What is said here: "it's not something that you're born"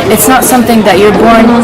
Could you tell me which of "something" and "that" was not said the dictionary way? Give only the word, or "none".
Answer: none